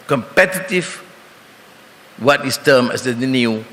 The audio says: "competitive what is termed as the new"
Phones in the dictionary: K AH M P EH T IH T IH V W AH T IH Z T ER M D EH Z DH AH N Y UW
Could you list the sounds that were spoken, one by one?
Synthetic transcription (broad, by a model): K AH M P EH T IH T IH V W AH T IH S T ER M EH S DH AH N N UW